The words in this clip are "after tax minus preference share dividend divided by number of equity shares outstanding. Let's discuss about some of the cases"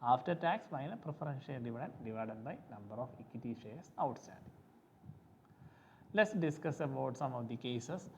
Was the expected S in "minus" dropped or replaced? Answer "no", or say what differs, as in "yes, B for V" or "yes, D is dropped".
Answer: yes, S is dropped